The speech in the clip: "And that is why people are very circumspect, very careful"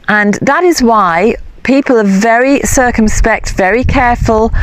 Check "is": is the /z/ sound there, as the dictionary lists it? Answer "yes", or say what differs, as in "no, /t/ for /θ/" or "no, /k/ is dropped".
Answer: yes